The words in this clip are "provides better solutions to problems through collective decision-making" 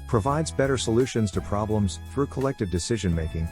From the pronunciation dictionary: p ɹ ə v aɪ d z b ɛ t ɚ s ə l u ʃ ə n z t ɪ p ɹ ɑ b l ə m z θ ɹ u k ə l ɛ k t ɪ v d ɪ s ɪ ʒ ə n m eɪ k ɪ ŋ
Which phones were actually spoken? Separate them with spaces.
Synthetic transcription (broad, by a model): p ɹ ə v aɪ d z b ɛ t ɚ s ə l u ʃ ə n z t ɪ p ɹ ɑ b l ə m z θ ɹ u k ə l ɛ k t ɪ v d ɪ s ɪ ʒ ə n m eɪ k ɪ ŋ